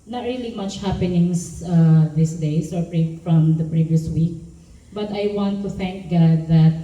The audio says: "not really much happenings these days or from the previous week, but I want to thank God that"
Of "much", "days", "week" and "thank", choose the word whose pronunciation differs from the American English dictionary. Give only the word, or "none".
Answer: days